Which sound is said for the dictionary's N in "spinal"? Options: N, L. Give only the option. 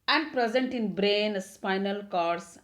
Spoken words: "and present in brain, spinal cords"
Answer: N